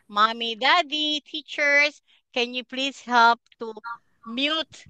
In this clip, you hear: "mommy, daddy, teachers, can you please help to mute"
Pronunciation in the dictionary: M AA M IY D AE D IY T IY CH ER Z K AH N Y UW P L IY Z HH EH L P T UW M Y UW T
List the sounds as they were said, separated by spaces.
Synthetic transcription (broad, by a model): M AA M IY D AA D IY T IY CH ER S K AH N Y UW P L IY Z HH EH L P T UW M Y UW T